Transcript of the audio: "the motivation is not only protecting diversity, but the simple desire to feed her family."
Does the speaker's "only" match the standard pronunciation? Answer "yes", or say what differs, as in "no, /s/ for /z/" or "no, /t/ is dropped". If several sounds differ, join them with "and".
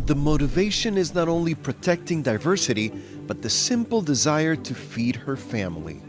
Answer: yes